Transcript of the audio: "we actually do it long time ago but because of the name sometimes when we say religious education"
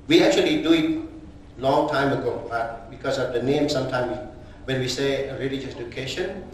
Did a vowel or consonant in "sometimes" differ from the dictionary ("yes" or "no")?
yes